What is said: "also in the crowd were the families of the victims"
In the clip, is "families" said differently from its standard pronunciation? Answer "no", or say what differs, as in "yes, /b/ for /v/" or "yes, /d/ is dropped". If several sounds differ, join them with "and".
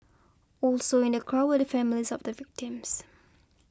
no